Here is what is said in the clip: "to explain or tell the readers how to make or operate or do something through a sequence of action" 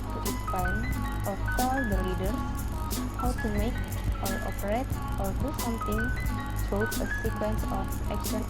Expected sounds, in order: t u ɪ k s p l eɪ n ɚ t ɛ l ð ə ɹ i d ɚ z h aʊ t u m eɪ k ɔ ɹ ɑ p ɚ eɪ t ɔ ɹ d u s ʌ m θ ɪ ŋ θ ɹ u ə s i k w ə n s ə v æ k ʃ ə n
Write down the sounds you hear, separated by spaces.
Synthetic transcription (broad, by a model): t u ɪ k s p ɑ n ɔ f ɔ l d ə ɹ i d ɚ s h aʊ t u m eɪ k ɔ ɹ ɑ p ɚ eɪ t ɔ ɹ d u s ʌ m t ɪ ŋ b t ə s i k w ə n s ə f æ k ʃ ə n